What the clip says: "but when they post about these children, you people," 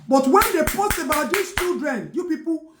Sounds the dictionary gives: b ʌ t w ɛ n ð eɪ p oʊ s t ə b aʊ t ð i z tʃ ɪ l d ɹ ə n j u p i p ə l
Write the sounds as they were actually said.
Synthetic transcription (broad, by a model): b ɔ t w ɛ n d eɪ p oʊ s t ə b aʊ t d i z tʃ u d ɹ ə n j u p i p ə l